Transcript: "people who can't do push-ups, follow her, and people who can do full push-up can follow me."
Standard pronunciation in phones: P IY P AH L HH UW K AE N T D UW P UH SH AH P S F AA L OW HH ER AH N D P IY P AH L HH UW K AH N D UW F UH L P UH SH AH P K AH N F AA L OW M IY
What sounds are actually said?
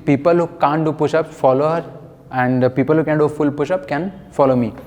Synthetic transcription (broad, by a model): P IY P AH L HH UW K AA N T D UW P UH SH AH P F AA L OW HH ER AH N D P IY P AH L HH UW K AH N D UW F UH L P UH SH AH P K AH N F AA L OW M IY